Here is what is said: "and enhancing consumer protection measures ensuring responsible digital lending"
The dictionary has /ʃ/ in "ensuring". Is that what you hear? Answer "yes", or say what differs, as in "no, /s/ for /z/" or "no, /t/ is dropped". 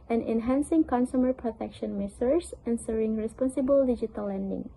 no, /s/ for /ʃ/